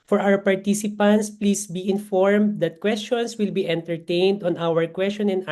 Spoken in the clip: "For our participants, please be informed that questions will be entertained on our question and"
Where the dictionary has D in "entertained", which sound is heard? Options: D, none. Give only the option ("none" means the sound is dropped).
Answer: D